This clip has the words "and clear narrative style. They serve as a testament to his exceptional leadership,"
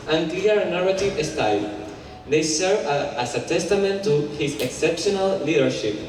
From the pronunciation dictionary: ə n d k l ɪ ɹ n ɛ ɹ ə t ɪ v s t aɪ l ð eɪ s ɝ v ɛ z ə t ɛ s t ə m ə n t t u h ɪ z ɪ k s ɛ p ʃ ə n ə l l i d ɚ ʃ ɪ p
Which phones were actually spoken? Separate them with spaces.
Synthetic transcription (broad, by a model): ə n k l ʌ ɹ n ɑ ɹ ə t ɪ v s t aɪ l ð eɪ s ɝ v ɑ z ə t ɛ s t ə m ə n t t u h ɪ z ɪ k s ɛ p ʃ ə n ə l l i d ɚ ʃ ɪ p